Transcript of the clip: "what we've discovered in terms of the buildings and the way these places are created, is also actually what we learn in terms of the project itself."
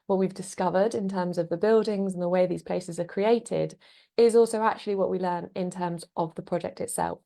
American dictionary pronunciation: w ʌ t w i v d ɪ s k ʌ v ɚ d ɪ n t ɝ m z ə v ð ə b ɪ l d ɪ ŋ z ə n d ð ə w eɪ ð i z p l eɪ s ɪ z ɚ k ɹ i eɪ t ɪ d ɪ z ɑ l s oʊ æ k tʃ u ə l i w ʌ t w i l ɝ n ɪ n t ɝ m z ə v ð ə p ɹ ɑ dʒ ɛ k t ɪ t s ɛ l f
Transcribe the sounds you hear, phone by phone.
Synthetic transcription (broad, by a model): w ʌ t w i v d ɪ s k ʌ v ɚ d ɪ n t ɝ m z ə v ð ə b ɪ l d ɪ ŋ z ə n ð ə w eɪ ð i z p l eɪ s ɪ z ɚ k ɹ i eɪ t ɪ d ɪ z ɑ l s oʊ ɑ k tʃ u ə l i w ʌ t w i l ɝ n ɪ n t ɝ m z ə v ð ə p ɹ ɑ dʒ ɛ k t ɪ t s ɛ l f